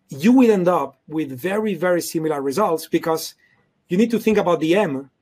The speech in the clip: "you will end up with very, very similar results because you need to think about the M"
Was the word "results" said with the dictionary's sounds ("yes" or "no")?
yes